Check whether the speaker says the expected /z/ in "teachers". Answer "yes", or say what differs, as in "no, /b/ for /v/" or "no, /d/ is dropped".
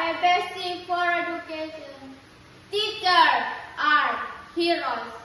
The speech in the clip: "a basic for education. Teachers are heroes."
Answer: no, /z/ is dropped